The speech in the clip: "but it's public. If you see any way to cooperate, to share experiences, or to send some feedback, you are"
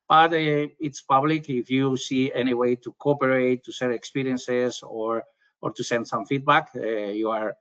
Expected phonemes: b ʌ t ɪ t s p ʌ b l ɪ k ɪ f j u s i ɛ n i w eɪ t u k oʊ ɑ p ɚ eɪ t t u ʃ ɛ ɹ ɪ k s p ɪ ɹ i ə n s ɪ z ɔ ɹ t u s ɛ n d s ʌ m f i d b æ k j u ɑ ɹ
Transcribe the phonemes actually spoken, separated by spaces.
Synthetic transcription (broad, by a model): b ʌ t ɪ t s p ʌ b l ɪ k ɪ f j u s i ɛ n i w eɪ t u k oʊ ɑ p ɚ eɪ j t u s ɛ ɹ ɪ k s p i ɹ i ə n s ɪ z ɔ ɹ t u s ɛ n d s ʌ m f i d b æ k j u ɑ ɹ